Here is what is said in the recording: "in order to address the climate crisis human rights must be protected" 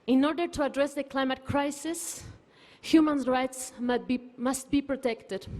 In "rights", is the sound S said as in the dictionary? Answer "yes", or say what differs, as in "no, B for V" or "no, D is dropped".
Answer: yes